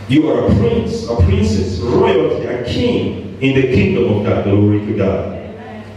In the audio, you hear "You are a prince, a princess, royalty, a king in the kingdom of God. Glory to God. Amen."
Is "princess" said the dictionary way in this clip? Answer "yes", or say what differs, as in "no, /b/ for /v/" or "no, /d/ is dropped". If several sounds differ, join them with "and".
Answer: yes